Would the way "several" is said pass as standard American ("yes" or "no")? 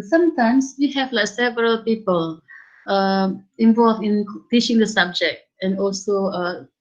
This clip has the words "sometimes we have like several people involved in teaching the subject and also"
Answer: yes